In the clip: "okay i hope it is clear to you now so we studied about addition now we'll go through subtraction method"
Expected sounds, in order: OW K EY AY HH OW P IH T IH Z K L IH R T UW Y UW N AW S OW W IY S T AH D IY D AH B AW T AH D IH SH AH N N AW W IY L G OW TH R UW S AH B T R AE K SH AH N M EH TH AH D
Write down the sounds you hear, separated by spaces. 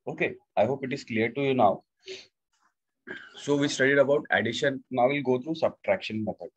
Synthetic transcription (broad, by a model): OW K EY AY HH OW P IH T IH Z K L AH R T UW Y UW N AW S OW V IY S T AH D IY D AH B AW T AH D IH SH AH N N AW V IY L G OW T R UW S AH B T R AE K SH AH N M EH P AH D